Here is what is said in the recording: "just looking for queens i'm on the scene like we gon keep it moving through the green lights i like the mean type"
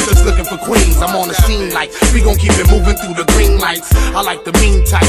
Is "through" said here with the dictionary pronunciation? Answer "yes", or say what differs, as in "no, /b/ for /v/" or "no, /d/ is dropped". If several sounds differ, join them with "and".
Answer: yes